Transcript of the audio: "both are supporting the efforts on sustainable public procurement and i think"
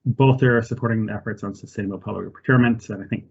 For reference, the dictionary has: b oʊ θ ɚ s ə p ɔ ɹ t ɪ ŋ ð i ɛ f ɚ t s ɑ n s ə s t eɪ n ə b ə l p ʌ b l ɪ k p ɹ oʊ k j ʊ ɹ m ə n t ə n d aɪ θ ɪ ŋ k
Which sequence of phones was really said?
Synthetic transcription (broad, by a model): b oʊ θ ɚ s ə p ɔ ɹ t ɪ ŋ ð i ɛ f ɚ t s n s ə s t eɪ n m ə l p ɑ l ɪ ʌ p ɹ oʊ k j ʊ ɹ m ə n t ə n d aɪ θ ɪ ŋ k